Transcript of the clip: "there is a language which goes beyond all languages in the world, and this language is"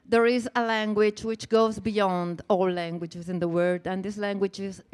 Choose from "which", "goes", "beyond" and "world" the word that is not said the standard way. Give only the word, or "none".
world